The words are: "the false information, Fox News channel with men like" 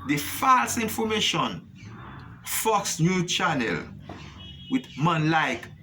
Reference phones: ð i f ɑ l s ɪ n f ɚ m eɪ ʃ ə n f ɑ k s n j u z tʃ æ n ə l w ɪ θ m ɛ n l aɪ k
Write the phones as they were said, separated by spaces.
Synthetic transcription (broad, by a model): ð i f ɑ l s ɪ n f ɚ m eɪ ʃ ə n f ɑ k s n j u tʃ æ n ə l w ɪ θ m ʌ n l aɪ k